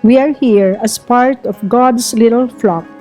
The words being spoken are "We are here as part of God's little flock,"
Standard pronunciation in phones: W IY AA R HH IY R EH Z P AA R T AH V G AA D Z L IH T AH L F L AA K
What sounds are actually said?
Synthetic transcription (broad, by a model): W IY AA R HH IY R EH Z P AA R T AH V G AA D S L IH T AH L F L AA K